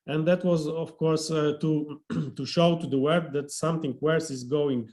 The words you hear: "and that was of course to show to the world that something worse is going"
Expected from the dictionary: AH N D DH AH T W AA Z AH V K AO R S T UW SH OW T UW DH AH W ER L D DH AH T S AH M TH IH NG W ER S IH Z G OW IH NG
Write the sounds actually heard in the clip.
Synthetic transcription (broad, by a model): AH N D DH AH T W AA Z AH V K AO R S T UW SH OW T UW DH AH W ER D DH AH T S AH M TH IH NG W ER S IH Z G OW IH NG